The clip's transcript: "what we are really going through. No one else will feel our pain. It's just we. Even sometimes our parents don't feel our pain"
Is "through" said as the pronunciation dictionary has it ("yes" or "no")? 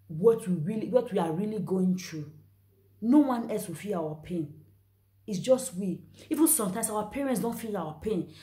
no